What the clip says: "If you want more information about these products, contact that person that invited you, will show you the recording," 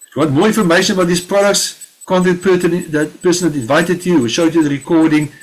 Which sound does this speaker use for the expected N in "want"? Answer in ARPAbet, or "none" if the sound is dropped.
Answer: none